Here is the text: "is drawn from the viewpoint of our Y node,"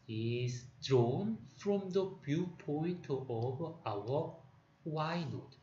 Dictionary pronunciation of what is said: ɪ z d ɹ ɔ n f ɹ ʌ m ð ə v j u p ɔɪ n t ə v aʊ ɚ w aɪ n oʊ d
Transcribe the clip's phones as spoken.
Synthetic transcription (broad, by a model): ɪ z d ɹ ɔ n f ɹ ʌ m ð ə b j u p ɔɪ n t ə v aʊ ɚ w aɪ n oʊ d